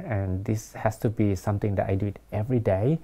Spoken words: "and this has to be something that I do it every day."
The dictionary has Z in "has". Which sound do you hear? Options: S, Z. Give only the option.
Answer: S